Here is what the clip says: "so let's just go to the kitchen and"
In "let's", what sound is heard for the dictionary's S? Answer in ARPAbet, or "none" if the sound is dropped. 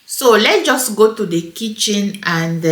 none